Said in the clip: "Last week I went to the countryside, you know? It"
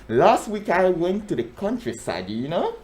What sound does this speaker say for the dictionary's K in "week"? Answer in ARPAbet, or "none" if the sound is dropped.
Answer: K